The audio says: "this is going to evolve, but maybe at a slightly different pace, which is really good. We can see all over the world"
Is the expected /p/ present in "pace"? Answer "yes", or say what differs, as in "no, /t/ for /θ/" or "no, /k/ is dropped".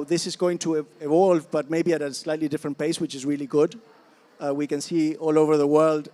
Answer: yes